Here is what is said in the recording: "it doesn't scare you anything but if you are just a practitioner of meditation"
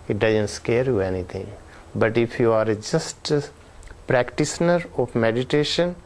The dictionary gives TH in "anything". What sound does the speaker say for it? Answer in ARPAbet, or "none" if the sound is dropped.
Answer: T